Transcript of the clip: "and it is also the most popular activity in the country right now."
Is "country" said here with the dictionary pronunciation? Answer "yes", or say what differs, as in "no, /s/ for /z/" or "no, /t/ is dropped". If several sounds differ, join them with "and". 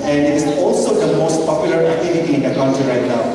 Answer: no, /ɹ/ is dropped